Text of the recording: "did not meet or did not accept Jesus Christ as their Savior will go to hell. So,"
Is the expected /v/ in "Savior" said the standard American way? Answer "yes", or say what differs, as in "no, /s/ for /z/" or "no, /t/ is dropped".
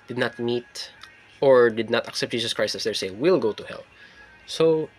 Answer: no, /v/ is dropped